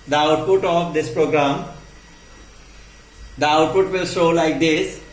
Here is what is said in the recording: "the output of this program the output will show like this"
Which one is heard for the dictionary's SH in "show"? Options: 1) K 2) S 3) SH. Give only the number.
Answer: 2